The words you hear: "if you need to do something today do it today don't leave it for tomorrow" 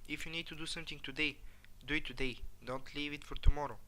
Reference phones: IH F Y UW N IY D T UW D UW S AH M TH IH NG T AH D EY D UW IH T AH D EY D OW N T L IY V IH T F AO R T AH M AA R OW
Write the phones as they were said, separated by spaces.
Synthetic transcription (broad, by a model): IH F Y UW N IY D T UW D UW S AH M T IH NG T AH D EY D UW IH T AH D EY D OW N T L IY V IH T F AO R T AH M AA R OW